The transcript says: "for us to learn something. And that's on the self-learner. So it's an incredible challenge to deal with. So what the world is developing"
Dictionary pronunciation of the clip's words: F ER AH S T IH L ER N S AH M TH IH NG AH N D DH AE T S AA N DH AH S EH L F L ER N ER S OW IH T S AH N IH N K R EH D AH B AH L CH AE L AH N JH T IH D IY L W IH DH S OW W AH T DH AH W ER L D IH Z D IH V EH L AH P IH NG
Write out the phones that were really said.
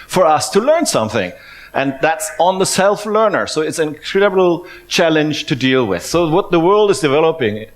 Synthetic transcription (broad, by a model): F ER AH S T IH L ER N S AH M TH IH NG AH N DH AE T S N DH AH S EH L F L ER N ER S OW IH T S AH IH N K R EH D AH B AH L CH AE L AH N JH T IH D IY L W IH DH S OW W AH T DH AH W ER L D IH Z D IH V EH L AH P IH NG